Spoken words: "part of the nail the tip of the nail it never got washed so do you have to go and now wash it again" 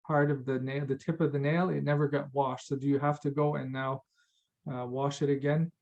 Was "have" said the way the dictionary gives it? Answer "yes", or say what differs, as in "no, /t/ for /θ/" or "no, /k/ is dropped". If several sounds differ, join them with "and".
no, /f/ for /v/